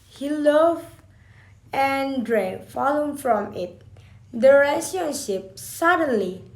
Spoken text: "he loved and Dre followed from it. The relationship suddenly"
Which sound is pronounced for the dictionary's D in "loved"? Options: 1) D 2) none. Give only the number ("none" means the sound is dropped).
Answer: 2